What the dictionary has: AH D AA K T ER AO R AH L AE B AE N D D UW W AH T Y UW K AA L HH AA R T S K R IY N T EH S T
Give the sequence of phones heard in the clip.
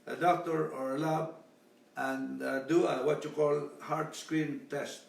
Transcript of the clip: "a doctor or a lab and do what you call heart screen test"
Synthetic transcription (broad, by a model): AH D AA K T ER AO R AH L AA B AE N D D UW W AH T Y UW K AA L HH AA R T S K R IY N T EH S T